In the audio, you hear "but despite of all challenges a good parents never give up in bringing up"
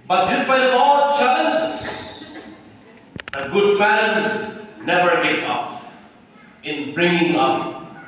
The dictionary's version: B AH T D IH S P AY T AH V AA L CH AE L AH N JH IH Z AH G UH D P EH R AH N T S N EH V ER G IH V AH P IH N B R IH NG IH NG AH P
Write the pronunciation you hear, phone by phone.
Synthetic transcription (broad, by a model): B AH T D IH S B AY AH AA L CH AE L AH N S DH AH G UH D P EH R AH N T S N EH V ER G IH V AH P IH N B R IH NG IH NG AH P